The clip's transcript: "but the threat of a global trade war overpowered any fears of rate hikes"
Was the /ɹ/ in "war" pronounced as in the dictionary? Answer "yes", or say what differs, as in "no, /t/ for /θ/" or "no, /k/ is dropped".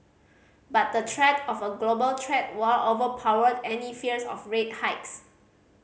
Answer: no, /l/ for /ɹ/